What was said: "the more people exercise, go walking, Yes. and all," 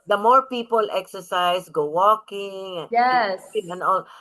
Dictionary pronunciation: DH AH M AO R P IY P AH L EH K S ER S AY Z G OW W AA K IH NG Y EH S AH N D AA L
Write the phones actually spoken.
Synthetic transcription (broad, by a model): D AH M AO R P IY P AH L EH K S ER S AY S G OW W AA K IH NG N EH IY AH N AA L